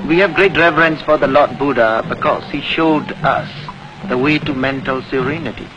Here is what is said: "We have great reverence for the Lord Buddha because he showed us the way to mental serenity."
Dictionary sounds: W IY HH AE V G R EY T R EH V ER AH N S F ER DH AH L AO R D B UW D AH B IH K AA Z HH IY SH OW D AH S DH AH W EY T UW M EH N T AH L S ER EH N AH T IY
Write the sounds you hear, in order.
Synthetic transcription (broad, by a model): W IY HH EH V G R EY T R EH V ER AH N S F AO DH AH L AO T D B UW D AH B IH K AA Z HH IY SH OW D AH S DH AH W EY T UW M EH N T AH L S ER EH N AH T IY